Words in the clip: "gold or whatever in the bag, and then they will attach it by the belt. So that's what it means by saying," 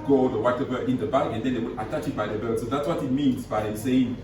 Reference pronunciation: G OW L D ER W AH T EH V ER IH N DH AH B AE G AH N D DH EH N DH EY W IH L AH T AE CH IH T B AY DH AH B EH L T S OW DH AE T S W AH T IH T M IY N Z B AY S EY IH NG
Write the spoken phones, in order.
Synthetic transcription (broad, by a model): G OW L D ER W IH T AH B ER IH N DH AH B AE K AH N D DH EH N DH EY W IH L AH T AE CH IH T B AY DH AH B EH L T S OW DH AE T S W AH T IH T M IY N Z B AY S EY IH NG